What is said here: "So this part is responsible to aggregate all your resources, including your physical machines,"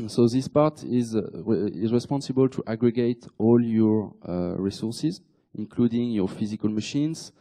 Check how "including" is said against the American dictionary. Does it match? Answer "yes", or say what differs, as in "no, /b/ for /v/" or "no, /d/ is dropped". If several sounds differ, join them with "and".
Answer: yes